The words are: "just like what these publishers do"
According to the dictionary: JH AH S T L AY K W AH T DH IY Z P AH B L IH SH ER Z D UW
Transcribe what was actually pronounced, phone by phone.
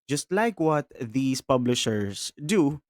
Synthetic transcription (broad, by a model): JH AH S T L AY K W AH T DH IY S P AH B L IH SH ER S D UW